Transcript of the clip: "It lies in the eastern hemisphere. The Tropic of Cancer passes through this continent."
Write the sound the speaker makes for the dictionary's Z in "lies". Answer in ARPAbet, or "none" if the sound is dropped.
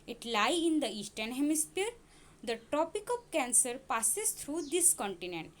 none